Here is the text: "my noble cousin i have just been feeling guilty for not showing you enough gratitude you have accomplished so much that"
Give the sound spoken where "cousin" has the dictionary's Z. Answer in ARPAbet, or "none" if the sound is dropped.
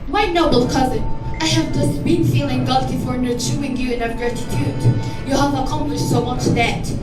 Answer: Z